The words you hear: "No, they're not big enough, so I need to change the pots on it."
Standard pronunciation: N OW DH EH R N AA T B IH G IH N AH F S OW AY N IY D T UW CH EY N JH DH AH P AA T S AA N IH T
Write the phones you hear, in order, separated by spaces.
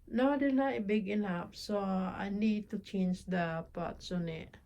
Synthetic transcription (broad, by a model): N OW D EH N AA B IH G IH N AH P S OW AY N IY D T UW CH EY N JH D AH P AA T S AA N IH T